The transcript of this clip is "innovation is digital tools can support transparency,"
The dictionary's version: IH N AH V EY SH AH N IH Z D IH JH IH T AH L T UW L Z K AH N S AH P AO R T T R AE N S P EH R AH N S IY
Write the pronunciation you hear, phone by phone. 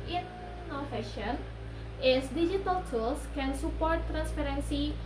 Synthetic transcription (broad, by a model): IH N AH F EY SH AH N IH S D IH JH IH T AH L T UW L S K AH N S AH P AO R T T R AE N S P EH R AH N S IY